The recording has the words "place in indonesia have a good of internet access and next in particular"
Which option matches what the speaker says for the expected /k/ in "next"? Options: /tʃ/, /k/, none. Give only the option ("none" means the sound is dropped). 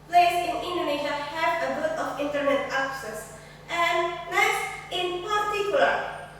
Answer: none